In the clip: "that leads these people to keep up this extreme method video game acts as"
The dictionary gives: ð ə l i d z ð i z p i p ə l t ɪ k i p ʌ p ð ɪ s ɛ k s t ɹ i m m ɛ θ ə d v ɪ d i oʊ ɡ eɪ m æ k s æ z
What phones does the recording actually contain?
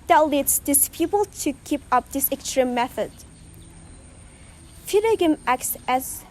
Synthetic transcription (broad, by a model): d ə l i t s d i s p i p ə l t ɪ k i p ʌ p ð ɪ s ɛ k s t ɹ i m m ɛ θ ə d f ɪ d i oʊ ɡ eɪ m æ k s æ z